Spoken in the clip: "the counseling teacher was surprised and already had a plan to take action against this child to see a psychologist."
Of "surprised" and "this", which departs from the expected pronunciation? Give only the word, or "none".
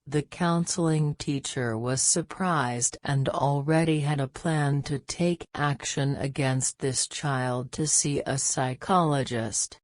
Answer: none